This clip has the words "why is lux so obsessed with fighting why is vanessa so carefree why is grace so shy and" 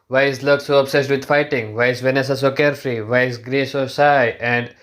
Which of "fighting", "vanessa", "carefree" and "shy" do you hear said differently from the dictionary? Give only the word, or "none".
shy